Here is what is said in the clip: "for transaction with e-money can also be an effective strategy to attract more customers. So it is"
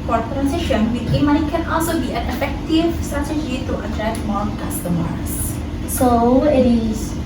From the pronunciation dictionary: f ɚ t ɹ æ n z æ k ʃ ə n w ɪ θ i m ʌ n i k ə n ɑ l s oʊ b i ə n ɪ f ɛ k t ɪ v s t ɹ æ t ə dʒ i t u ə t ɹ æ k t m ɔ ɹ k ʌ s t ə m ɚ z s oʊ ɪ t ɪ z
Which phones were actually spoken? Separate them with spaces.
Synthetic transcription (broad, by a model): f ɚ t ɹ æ n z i ʃ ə n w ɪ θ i m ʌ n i k ə n ɑ l s oʊ b i ə n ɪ f ɛ k t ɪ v s t ɹ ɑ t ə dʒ i t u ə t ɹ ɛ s m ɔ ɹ k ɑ s t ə m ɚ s s oʊ ɪ t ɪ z